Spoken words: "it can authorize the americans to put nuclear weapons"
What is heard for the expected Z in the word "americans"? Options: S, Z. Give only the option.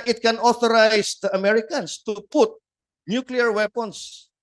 S